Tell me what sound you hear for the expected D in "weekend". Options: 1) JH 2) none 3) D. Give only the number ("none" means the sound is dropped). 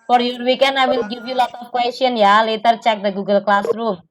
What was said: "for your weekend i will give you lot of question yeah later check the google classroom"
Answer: 2